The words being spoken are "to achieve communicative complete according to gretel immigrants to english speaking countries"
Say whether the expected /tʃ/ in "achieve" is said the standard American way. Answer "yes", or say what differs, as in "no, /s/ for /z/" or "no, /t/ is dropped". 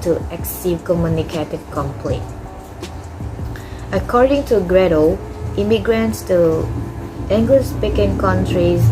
no, /s/ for /tʃ/